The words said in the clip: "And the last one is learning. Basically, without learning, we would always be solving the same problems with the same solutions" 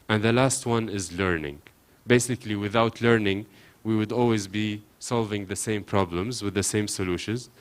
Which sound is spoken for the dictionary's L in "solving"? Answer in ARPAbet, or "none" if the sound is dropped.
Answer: L